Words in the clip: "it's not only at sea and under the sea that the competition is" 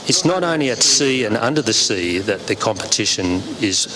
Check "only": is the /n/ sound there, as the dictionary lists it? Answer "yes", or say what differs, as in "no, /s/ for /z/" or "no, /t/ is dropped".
yes